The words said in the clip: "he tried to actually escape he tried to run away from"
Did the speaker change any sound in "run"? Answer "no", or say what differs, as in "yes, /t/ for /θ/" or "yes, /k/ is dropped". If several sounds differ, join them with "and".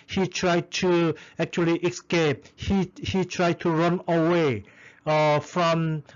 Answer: no